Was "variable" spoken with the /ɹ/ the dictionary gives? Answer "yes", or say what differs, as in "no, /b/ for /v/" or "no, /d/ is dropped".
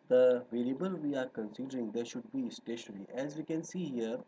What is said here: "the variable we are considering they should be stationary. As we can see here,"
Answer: no, /l/ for /ɹ/